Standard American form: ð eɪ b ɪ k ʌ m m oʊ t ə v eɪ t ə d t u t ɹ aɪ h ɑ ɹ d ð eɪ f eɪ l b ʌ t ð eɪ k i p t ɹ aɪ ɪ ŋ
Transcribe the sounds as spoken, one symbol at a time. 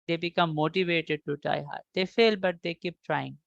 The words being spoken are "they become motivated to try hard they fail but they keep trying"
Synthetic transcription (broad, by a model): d eɪ b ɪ k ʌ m m oʊ t ə v eɪ t ə d t u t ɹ aɪ h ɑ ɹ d eɪ f eɪ l b ʌ t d eɪ k i p t ɹ aɪ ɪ ŋ